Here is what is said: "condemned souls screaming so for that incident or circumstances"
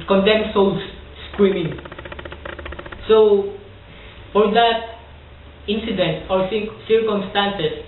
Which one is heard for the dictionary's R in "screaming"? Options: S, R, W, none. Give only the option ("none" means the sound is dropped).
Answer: W